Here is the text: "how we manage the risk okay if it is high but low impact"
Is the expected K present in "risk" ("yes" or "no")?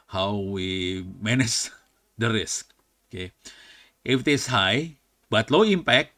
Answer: yes